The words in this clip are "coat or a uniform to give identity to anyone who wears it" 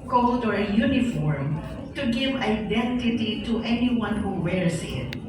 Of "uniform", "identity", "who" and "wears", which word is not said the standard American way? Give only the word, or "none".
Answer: wears